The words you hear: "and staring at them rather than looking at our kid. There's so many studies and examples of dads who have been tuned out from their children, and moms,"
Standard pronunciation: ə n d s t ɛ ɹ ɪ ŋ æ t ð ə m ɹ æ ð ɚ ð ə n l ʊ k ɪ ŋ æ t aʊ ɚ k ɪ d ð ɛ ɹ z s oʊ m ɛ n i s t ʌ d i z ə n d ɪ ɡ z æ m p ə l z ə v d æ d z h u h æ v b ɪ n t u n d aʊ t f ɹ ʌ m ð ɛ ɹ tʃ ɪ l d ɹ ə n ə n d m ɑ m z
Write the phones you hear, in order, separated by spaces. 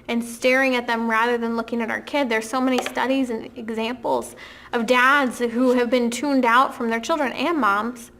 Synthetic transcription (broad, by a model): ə n s t ɛ ɹ ɪ ŋ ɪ t ð ə m ɹ æ ð ɚ ð ə n l ʊ k ɪ ŋ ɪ t aʊ ɚ k ɪ d ð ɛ ɹ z s oʊ m ɛ n i s t ʌ d i z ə n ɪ ɡ z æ m p l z ə v d æ d z h u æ v b ɪ n t u n d aʊ t f ɹ ʌ m ð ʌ ɹ tʃ ɪ l d ɹ ə n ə n m ɑ m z